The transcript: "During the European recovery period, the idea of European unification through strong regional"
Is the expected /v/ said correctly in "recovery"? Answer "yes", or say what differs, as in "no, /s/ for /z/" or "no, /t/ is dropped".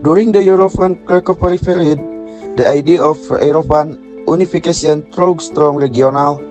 no, /p/ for /v/